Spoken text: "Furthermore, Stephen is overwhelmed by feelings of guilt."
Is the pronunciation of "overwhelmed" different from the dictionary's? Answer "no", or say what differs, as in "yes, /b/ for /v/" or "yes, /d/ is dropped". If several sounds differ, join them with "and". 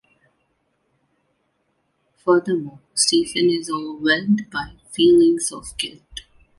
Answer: yes, /m/ is dropped